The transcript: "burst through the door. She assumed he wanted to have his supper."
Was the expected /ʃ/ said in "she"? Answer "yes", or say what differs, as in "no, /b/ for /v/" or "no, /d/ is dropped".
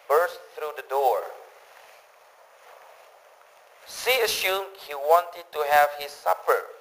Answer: no, /s/ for /ʃ/